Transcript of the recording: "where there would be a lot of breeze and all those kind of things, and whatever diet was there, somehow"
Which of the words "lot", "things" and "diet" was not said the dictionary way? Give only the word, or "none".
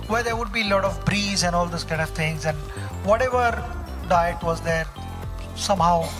things